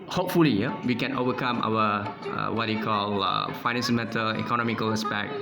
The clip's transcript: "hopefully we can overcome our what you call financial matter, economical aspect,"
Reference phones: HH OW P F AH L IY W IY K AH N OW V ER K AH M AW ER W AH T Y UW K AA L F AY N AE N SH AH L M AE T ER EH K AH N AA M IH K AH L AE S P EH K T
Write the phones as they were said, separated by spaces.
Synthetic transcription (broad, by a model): HH OW P F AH L IY W IY K AH N OW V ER K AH M AW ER W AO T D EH K AA L F AY N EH N S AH N M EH T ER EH K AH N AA M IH K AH L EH S P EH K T